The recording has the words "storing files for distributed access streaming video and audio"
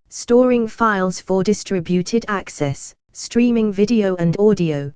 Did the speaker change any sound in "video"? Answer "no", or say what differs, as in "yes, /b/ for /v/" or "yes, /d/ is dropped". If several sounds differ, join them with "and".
no